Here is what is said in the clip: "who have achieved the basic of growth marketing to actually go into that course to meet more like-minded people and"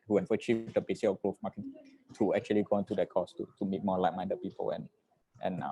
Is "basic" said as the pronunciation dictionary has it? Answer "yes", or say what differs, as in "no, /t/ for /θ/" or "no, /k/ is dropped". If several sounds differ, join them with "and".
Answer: no, /k/ is dropped